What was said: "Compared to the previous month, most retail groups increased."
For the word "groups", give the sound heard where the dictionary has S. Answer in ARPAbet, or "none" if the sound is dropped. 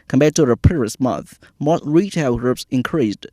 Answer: S